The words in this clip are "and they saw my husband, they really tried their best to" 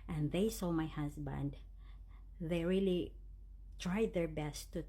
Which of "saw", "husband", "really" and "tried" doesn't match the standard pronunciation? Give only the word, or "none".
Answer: husband